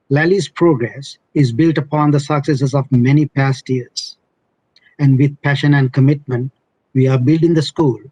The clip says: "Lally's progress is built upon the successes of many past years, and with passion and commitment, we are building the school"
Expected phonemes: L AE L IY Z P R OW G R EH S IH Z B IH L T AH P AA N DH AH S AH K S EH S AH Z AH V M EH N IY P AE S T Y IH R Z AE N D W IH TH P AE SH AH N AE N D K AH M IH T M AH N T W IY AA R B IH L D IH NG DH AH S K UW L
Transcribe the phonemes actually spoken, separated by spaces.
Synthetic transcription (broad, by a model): L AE L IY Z P R OW G R EH S IH Z B IH L T AH P AA N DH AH S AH K S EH S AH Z AH V M EH N IY P AE S T Y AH R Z AE N D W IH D P AE SH AH N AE N D K AH M IH T M AH N T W IY AA R B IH L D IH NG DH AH S K UW L